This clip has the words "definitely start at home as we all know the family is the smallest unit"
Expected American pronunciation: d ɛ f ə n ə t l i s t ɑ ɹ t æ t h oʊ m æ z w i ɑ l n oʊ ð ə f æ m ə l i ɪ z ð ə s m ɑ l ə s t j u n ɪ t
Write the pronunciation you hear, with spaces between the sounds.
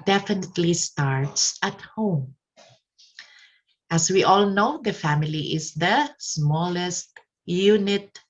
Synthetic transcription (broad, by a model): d ɛ f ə n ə t l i s t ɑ ɹ t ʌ t h oʊ m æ s w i ɑ l n oʊ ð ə f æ m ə l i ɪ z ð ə s m ɑ l ə s t j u n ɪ t